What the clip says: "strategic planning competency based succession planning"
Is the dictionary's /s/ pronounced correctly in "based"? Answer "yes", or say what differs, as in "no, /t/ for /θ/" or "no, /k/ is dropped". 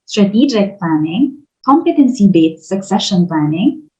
no, /s/ is dropped